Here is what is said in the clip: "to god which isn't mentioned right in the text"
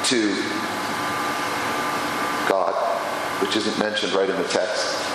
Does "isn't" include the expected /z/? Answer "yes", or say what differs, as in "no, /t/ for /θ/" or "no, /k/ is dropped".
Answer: yes